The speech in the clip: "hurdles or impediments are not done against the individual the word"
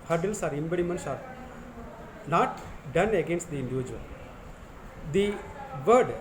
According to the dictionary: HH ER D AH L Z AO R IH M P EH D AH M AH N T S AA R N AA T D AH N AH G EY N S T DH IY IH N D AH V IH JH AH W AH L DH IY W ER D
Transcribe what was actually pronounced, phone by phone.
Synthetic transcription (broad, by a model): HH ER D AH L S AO R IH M B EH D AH M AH N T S AA R N AA T D AH N AH G EY N S T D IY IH N D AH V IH JH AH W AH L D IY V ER D